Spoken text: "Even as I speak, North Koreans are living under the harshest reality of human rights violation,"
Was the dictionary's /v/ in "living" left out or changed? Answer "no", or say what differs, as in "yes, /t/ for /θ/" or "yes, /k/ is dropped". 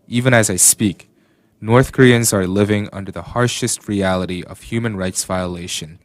no